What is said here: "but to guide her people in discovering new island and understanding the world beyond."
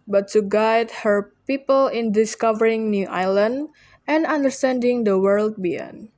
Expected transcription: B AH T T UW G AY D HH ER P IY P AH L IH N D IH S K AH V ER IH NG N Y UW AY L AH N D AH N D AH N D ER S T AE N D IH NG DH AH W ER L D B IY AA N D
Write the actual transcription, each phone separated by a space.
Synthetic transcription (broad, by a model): B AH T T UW G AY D HH ER P IY P AH L IH N D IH S K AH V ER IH NG N Y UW AY L AH N D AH N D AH N D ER S T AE N D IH NG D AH W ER L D B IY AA N